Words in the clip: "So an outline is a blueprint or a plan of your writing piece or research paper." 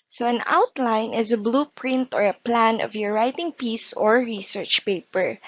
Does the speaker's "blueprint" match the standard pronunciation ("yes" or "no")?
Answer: yes